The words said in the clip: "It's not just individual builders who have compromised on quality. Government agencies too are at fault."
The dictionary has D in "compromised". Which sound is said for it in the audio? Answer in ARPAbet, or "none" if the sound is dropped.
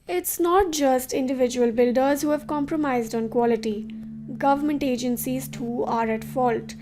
D